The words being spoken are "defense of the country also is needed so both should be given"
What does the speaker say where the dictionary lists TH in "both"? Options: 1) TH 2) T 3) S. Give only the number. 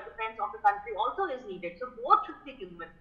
2